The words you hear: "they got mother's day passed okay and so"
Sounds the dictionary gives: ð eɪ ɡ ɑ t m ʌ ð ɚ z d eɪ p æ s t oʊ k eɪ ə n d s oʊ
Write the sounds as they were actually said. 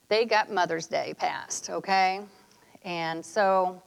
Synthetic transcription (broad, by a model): ð eɪ ɡ ɑ t m ʌ ð ɚ z d eɪ p æ s t oʊ k eɪ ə n s oʊ